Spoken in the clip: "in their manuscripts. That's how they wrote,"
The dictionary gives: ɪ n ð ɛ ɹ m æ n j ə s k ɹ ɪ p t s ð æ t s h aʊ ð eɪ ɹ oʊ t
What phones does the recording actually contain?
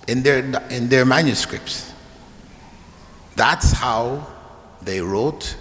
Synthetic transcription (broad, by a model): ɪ n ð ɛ ɹ m æ n j ə s k ɹ ɪ p t s ð æ t s h aʊ ð eɪ ɹ oʊ t